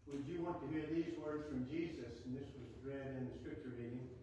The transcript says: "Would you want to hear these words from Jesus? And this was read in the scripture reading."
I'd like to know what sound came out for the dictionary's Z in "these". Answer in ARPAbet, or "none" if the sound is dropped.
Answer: Z